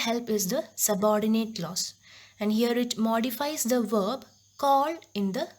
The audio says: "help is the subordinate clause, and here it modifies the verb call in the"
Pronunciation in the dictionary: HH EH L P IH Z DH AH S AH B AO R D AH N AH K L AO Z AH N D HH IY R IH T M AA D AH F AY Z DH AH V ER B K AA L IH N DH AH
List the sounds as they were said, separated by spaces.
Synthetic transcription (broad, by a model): HH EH L P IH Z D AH S AH B AO R D AH N AH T L AO S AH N D HH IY R IH T M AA D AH F AY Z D AH V ER B K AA L IH N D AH